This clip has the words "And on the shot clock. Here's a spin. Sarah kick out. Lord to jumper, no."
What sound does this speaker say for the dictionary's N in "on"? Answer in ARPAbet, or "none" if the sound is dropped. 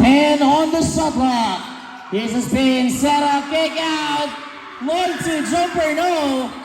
N